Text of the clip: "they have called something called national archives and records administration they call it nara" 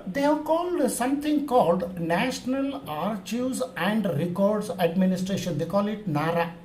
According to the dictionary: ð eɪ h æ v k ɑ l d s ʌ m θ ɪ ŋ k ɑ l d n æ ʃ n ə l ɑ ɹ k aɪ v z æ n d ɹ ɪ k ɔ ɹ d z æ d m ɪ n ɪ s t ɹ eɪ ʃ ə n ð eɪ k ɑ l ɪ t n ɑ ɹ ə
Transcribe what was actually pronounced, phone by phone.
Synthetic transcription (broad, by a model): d eɪ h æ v k ɑ l d s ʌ m t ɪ ŋ k ɑ l d n æ ʃ n ə l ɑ ɹ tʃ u z æ n d ɹ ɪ k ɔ ɹ d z æ d m ɪ n ɪ s t ɹ eɪ ʃ ə n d eɪ k ɑ l ɪ t n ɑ ɹ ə